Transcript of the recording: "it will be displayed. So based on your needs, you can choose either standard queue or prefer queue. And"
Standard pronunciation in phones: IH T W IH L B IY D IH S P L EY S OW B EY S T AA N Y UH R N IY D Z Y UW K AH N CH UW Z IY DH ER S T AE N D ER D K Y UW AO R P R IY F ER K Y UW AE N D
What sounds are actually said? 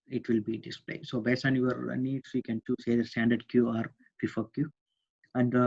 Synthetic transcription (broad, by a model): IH T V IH L B IY D IH S P L EY S OW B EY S AA N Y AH R N IY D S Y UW K AH N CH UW S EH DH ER S T AE N D ER D K Y UW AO R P IY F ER K Y UW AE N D